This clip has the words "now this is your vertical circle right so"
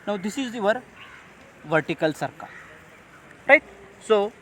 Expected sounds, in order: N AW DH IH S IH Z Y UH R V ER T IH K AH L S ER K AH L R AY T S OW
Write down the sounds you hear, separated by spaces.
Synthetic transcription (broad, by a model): N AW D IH S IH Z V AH R V ER T IH K AH L S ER K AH R AY T S OW